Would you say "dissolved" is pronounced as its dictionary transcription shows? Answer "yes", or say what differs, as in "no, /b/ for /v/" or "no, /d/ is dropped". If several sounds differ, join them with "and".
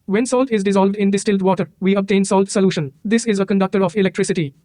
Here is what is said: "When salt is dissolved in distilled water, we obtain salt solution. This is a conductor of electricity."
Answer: yes